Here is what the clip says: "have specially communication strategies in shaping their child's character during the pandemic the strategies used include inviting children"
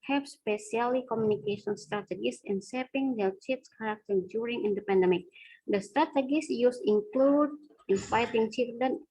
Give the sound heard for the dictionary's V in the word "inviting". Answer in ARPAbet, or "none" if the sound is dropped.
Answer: F